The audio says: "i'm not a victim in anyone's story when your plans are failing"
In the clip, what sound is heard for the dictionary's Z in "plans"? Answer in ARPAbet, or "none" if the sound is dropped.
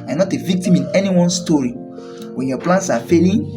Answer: S